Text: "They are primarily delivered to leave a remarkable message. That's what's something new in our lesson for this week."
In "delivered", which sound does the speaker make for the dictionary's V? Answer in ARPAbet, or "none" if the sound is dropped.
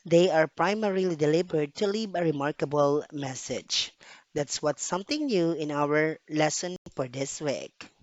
B